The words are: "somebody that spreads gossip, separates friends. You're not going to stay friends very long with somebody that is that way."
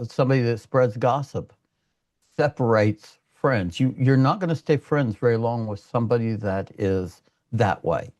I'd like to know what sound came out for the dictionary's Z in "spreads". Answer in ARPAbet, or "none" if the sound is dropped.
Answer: Z